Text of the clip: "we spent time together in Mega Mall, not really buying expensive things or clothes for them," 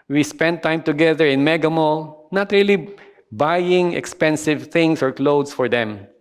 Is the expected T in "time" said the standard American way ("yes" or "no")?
yes